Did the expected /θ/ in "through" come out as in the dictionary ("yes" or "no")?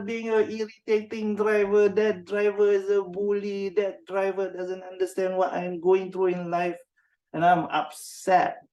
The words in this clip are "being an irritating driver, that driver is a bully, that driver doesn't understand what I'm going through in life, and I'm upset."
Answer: no